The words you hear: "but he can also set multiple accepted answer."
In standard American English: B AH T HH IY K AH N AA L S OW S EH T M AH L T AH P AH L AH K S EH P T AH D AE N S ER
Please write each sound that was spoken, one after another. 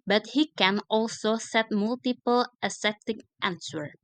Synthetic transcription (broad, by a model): B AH T HH IY K AH N AA L S OW S EH T M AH L T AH P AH L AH S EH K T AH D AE N S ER